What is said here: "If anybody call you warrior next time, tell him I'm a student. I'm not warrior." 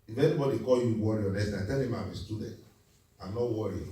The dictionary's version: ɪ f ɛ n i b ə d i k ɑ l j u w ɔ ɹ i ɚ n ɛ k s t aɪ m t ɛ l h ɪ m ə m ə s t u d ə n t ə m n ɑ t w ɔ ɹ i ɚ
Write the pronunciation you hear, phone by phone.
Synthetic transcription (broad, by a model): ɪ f ɛ n i b ə d i k ɑ l j u w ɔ ɹ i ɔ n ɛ s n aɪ t ɛ l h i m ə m ə s t u d ə n t ə m n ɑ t w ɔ ɹ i